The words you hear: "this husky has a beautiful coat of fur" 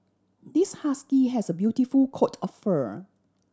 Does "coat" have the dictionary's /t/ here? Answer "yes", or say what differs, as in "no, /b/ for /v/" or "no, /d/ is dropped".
yes